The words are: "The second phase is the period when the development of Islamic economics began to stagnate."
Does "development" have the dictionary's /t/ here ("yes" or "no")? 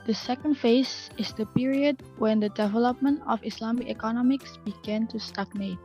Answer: yes